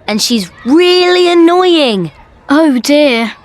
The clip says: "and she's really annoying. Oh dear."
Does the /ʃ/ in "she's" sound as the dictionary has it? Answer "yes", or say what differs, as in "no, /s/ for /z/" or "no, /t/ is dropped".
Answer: yes